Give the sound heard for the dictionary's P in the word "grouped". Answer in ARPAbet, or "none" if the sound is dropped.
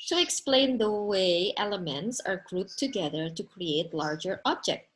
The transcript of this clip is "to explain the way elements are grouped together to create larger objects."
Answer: none